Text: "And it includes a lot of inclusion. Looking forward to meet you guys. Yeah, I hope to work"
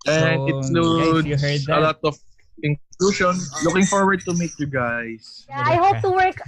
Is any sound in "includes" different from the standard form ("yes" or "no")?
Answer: yes